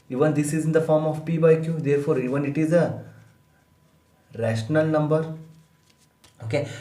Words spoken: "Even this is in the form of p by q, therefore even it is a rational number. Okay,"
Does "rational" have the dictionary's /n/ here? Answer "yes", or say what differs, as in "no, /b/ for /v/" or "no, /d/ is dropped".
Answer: yes